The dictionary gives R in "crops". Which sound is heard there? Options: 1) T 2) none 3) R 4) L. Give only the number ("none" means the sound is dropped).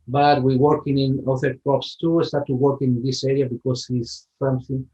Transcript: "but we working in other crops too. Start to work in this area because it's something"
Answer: 2